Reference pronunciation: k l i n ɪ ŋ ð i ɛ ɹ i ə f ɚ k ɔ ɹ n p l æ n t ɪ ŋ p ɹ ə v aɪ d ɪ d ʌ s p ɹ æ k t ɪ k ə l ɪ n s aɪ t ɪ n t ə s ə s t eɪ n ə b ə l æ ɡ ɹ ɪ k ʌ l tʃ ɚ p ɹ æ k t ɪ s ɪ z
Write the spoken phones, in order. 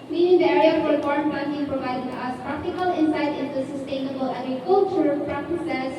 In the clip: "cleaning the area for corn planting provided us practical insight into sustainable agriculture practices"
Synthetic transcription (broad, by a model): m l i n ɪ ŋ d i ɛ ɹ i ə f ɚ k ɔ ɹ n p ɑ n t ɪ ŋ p ɹ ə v aɪ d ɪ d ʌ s p ɹ æ k t ɪ k ə l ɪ n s aɪ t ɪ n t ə s ə s t eɪ n ə b ə l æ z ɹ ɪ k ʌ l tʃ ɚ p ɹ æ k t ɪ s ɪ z